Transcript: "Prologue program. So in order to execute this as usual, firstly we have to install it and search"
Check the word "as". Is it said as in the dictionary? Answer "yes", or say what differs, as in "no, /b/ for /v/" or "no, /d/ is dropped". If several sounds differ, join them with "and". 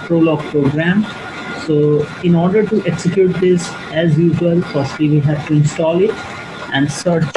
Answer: yes